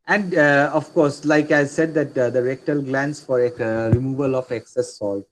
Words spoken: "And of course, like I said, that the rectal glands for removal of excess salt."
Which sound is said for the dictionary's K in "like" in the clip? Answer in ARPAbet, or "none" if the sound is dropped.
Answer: K